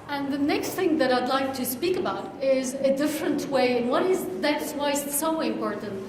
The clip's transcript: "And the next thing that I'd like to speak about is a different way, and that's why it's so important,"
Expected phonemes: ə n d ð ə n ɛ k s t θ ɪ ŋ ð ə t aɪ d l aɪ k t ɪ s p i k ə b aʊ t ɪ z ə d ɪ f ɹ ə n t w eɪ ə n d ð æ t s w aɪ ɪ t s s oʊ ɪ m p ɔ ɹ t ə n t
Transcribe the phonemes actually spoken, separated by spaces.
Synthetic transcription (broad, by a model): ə n ð ə n ɛ k s t θ ɪ ŋ ð ə t aɪ d l aɪ k t ɪ s p i k ə b aʊ t ɪ z ə d ɪ f ɹ ə n t w eɪ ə n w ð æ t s w aɪ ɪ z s s oʊ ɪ m p ɔ ɹ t n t